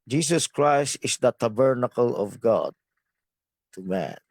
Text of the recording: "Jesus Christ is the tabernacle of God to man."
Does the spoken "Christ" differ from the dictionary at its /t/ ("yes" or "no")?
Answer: no